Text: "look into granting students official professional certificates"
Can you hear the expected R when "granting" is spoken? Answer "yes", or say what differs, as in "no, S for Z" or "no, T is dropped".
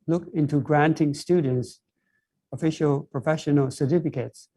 yes